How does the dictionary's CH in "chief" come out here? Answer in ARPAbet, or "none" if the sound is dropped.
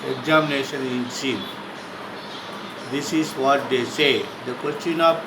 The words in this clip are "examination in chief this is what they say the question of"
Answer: S